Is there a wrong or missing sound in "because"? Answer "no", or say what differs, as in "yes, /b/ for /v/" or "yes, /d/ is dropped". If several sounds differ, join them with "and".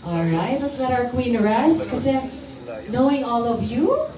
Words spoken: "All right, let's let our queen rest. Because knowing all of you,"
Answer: yes, /z/ is dropped